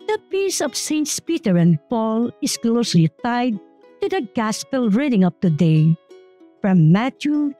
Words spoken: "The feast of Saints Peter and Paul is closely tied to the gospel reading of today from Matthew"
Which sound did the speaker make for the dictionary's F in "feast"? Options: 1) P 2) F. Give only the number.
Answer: 1